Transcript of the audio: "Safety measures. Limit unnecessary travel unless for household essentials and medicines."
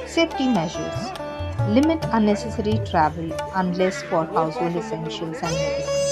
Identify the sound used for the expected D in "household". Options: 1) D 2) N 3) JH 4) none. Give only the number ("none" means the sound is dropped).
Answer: 4